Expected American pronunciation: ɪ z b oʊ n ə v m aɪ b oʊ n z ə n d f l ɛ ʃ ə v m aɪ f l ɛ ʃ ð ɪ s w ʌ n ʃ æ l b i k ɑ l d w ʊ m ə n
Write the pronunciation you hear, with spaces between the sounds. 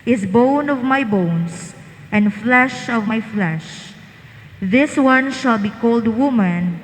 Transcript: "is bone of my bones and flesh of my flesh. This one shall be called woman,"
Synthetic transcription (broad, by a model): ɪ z b oʊ n ə v m aɪ b oʊ n s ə n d f l ɛ ʃ ə v m aɪ f l ɛ ʃ ð ɪ s w ʌ n ʃ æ l b i k ɑ l d w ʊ m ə n